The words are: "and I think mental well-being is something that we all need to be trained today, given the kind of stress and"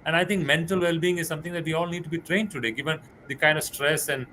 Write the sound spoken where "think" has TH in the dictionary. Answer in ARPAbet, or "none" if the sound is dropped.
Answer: T